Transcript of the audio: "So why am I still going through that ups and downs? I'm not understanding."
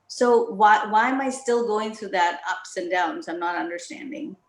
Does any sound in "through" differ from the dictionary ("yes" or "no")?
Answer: no